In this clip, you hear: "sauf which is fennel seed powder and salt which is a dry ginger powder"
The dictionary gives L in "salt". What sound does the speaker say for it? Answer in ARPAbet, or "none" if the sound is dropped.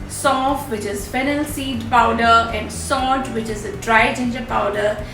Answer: none